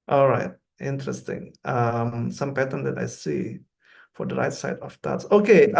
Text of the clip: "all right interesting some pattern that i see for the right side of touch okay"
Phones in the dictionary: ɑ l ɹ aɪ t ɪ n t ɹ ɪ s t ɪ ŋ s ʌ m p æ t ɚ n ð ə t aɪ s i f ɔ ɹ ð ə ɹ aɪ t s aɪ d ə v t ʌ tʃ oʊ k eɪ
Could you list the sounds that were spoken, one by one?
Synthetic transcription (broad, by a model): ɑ l ɹ aɪ t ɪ n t ɹ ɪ s t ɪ ŋ s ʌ m p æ t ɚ n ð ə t aɪ s i f ɔ ɹ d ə ɹ aɪ t s aɪ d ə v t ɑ s oʊ k eɪ